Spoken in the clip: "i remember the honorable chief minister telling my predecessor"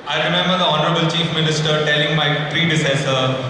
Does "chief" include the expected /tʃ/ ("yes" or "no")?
yes